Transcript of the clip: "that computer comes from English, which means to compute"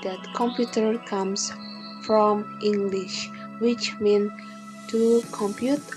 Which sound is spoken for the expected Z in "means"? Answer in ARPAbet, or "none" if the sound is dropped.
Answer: none